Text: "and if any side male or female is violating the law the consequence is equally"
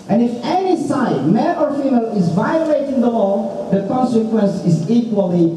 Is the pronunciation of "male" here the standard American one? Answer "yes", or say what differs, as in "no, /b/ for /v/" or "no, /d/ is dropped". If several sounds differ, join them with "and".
no, /n/ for /l/